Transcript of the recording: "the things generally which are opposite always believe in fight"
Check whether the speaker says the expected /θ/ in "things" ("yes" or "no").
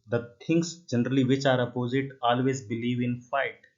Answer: no